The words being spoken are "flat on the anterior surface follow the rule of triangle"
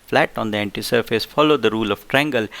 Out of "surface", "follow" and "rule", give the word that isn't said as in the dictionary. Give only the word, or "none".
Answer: none